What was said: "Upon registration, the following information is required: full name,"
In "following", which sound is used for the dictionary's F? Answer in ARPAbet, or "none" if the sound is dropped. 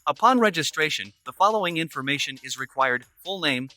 F